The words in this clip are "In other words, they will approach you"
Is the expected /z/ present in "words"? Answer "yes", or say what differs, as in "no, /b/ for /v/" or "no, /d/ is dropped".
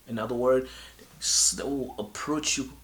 no, /s/ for /z/